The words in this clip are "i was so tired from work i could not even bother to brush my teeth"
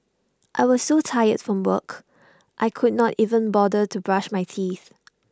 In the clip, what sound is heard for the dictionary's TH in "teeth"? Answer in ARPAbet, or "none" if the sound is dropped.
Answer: TH